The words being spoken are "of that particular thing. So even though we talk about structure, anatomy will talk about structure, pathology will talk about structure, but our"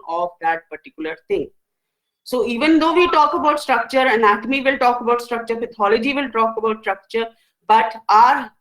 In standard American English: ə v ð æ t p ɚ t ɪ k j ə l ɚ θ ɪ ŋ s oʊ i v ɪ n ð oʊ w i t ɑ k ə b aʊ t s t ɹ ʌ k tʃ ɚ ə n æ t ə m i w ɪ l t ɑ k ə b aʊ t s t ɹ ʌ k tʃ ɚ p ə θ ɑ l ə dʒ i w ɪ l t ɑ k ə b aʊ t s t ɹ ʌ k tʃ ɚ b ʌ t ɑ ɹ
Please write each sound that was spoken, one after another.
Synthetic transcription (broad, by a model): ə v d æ t p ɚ t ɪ k j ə l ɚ t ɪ ŋ s oʊ i v ɪ n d oʊ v i t ɑ k ə b aʊ t s t ɹ ʌ k tʃ ɚ ə n æ t ə m i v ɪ l t ɑ k ə b aʊ t s t ɹ ʌ k tʃ ɚ f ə t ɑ l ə dʒ i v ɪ l t ɑ k ə b aʊ t s t ɹ ʌ k tʃ ɚ b ʌ t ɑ ɹ